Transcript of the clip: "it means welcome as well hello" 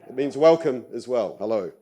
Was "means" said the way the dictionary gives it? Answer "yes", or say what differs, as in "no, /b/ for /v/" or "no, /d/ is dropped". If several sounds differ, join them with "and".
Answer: yes